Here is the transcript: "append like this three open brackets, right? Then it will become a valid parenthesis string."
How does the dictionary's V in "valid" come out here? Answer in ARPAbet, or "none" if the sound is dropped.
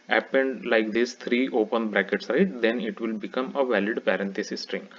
V